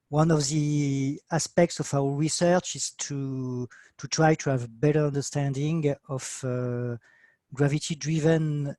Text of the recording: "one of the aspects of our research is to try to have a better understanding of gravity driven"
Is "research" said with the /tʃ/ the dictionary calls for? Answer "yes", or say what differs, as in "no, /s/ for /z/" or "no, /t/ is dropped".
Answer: yes